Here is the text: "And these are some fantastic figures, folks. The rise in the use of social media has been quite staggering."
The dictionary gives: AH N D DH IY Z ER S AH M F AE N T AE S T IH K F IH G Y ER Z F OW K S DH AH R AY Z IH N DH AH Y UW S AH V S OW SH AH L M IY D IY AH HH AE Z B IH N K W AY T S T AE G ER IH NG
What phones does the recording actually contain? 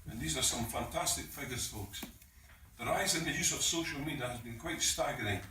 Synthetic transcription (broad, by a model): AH N DH IY Z ER S AH M F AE N T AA S T IH K F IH G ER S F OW K S DH AH R AY Z IH N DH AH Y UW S AH V S OW SH AH L M IY D IY AH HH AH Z B IH N K W AY T S T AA G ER IH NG